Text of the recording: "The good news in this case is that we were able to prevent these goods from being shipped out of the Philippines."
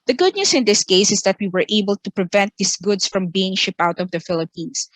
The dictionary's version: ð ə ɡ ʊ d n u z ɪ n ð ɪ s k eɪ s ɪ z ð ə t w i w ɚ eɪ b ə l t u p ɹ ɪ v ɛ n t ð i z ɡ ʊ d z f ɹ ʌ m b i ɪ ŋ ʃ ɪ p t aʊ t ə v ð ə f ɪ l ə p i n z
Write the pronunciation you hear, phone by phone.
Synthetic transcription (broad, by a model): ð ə ɡ ʊ d n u s ɪ n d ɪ s k eɪ s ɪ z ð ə t w i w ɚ eɪ b ə l t u p ɹ ɪ v ɛ n t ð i s ɡ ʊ d s f ɹ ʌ m b i ɪ ŋ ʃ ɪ p aʊ t ə v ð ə f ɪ l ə p i n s